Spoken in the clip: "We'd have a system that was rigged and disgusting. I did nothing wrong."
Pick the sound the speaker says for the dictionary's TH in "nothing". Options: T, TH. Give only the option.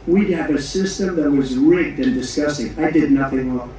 TH